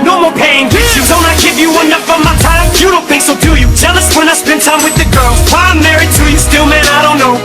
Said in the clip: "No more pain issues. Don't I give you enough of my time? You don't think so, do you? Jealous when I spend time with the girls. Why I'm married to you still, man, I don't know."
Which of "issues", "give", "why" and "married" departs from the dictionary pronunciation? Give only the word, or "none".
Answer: issues